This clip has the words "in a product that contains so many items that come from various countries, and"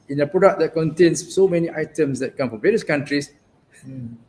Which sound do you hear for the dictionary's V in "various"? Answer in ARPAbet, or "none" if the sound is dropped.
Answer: V